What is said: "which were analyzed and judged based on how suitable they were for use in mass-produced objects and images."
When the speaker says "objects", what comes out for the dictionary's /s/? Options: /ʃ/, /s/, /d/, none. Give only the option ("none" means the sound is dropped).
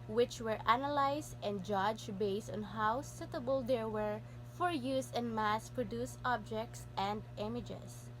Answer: /s/